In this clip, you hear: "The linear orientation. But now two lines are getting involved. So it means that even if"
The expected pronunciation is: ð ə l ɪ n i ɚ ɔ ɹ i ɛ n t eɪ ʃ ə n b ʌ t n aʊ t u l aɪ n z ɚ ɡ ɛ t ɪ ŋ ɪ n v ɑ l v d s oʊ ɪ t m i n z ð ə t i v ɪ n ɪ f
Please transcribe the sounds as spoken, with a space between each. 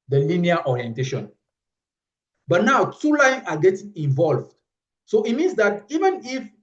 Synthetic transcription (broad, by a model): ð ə l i n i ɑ ɔ ɹ i ɛ n t eɪ ʃ ə n b ʌ t n aʊ t u l aɪ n ɑ ɡ ɛ t ɪ ŋ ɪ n v ɑ l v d s oʊ ɪ t m i n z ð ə t i v ɪ n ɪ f